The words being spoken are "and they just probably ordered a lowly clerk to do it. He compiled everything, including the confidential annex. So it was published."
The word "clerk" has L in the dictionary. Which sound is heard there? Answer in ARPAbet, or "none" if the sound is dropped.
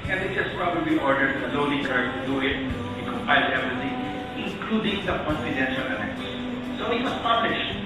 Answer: none